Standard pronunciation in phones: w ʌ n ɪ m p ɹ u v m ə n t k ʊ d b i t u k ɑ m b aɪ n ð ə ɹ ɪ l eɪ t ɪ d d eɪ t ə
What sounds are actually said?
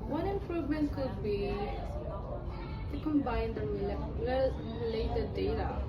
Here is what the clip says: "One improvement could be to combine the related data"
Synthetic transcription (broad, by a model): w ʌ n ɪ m p ɹ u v m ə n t k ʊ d b i t u k ɑ m b aɪ n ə l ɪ l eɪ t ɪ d d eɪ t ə